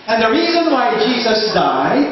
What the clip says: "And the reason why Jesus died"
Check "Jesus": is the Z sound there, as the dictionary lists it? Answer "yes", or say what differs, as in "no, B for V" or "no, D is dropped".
yes